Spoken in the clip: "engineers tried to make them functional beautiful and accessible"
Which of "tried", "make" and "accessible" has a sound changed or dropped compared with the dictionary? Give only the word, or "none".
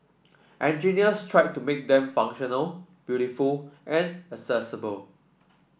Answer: accessible